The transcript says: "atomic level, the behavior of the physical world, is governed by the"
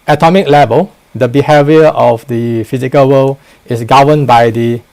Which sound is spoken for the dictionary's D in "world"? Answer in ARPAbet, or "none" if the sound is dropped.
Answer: none